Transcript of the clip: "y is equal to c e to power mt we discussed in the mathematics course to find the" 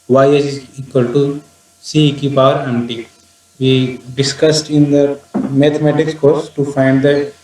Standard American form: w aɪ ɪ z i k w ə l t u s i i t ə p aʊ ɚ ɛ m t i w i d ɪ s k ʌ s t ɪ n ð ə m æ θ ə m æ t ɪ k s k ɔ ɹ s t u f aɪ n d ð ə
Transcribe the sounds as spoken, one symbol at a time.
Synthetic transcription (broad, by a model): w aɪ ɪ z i k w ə l t u s i i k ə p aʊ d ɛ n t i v i d ɪ s k ʌ s t ɪ n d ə m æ t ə m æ t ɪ k s k ɔ ɹ s t u f aɪ n d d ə